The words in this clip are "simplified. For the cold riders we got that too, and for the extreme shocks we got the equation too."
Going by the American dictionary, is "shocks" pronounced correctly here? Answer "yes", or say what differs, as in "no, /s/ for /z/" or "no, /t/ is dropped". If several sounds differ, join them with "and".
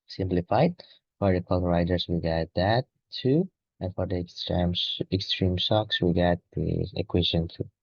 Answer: no, /s/ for /ʃ/